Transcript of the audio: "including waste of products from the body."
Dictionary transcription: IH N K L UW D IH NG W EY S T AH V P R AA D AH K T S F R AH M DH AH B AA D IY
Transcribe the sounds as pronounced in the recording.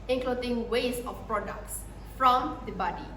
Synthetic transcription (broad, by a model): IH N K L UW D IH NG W EY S AH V P R AA D AH K T S F R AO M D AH B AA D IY